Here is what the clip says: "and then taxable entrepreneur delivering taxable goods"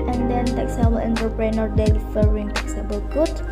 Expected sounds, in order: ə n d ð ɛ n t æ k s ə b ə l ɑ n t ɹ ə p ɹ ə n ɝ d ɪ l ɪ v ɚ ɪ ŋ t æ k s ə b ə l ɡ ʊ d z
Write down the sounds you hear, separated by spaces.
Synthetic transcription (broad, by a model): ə n d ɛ n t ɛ k s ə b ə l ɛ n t ə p ɹ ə n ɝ d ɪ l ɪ f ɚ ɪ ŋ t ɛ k s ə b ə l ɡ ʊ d